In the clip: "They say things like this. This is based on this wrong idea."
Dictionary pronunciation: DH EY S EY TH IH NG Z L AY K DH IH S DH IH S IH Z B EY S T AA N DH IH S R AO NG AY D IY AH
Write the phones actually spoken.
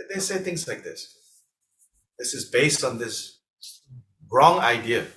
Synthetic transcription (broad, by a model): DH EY S EY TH IH NG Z L AY K DH IH S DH IH S IH Z B EY S T N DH IH S R AO NG AY D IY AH